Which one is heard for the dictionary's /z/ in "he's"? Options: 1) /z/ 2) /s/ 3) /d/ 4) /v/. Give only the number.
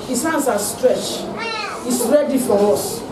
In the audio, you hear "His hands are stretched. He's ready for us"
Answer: 2